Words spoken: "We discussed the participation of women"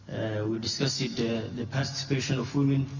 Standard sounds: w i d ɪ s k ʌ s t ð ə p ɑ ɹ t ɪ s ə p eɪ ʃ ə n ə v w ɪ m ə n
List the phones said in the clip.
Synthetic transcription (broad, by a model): w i d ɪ s k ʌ s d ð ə p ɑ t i s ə p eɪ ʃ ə n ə f w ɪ m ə n